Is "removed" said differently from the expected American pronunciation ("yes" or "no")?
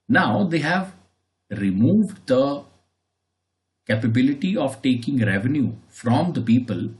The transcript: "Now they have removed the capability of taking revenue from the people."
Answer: no